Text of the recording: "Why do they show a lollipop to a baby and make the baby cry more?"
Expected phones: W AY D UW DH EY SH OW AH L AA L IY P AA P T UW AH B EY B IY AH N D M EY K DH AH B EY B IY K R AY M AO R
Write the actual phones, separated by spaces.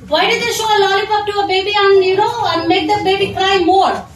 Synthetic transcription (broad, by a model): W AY D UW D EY SH OW AH L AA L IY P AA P T UW AH B EY B IY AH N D M EY K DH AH B EY B IY K R AY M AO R